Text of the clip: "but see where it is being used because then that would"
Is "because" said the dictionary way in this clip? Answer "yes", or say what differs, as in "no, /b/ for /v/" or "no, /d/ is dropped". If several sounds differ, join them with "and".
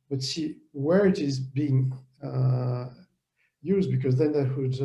yes